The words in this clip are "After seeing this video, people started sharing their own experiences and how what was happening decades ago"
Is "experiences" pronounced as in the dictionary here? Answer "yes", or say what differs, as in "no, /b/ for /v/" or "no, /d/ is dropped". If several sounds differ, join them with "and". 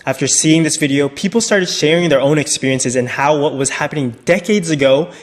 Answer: yes